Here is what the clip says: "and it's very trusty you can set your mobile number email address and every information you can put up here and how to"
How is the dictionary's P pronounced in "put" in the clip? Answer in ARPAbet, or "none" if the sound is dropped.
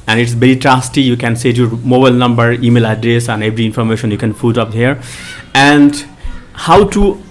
F